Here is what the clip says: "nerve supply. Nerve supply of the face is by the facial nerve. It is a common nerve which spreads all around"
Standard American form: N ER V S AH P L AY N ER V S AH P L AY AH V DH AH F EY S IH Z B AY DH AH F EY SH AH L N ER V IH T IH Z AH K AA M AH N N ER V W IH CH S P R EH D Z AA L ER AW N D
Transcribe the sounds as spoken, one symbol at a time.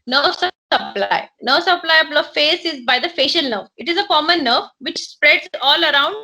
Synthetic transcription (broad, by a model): N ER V S AH P L AY N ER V S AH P L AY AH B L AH F EY S IH Z B AY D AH F EY SH AH L N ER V IH T IH Z AH K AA M AH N N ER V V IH CH S P R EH D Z AA L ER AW N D